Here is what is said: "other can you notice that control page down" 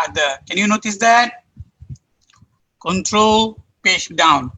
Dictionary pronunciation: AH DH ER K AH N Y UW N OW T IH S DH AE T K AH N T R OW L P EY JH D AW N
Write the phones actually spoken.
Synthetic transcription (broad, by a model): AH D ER K AH N Y UW N OW T IH S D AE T K AH N T R OW L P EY SH D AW N